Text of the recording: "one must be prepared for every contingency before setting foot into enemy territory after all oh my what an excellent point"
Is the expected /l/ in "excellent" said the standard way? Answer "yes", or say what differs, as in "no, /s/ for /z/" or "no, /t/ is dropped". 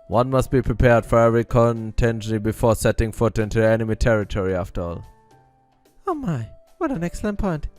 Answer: yes